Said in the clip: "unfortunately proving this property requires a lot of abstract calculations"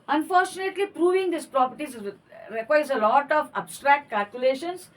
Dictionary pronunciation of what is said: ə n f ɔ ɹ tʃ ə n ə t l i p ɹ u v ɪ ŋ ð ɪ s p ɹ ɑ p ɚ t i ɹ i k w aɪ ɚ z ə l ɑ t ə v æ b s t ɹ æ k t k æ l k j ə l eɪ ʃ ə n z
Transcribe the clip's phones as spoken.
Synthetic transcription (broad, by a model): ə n f ɔ ɹ tʃ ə n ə t l i p ɹ u v ɪ ŋ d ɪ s p ɹ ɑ p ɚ t i ɹ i k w aɪ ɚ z ə l ɑ t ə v æ b s t ɹ æ k t k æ l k j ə l eɪ ʃ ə n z